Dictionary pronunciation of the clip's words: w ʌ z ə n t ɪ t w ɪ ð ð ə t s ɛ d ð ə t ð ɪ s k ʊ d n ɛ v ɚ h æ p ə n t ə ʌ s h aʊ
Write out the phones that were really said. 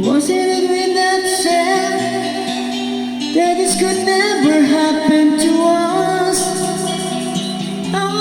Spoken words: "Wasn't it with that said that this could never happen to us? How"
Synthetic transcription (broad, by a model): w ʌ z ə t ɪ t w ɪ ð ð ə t ʃ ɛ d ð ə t ð ɪ s k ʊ d n ɛ v ɚ h æ p ə n t ə ʌ s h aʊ